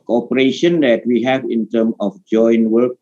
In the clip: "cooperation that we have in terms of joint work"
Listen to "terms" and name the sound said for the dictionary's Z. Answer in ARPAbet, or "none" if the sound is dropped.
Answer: none